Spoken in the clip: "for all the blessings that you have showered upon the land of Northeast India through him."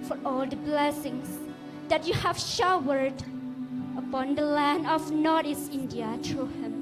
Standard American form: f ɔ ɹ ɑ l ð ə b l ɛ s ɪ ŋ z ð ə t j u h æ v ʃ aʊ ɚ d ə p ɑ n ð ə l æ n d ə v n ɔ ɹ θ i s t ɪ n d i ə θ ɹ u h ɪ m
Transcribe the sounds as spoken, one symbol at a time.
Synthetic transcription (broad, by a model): f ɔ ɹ ɑ l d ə b l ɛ s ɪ ŋ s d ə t j u h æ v ʃ aʊ ɚ d ə p ɑ n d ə l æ n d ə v n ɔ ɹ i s ɪ n d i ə t ɹ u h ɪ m